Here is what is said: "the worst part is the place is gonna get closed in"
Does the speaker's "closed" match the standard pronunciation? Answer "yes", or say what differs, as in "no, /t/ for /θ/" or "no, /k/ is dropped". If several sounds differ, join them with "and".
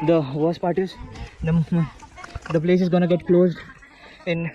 yes